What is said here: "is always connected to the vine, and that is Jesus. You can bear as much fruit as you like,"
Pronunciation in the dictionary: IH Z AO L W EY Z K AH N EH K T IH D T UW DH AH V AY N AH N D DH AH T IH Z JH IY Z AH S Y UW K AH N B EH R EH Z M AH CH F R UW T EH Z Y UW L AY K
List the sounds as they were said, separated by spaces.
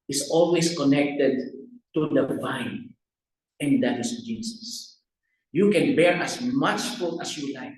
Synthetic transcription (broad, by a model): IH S AO L W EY S K AH N EH K T IH D T UW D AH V AY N AH N D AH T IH S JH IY S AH S Y UW K AH N B EH R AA S M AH CH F UW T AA S Y UW L AY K